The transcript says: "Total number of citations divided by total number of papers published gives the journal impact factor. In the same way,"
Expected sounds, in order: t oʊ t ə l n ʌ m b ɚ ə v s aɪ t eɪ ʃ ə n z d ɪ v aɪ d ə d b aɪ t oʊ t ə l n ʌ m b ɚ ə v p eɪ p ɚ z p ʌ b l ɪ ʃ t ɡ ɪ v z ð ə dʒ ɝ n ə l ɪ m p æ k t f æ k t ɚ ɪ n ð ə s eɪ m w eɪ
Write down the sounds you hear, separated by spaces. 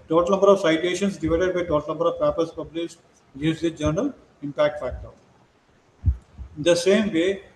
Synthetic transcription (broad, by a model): t oʊ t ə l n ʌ m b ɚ ə v s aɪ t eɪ ʃ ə n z d ɪ v aɪ d ə d b aɪ t oʊ t ə l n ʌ m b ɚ ə v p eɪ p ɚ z p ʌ b l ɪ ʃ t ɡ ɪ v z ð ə dʒ ɝ n ə l ɪ m p æ k t f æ k t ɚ ɪ n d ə s eɪ m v eɪ